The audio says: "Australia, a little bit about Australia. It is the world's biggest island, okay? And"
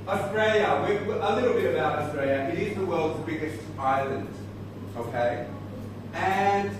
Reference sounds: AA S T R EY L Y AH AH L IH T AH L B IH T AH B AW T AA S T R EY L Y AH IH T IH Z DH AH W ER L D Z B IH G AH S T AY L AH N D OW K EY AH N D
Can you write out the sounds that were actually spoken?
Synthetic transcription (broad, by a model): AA S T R EY L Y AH AH L IH T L B IH T AH B AW T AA S T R EY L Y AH IH T IH Z DH AH W ER L D Z B IH G AH S T AY L AH N D OW K EY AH N